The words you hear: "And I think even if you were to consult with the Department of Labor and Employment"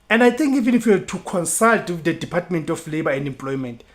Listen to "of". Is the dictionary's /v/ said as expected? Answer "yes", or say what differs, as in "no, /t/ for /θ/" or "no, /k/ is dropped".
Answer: no, /f/ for /v/